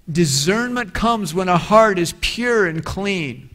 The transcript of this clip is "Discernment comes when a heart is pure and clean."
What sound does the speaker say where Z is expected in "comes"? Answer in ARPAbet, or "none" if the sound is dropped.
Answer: Z